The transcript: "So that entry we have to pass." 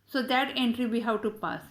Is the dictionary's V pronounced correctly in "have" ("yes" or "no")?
no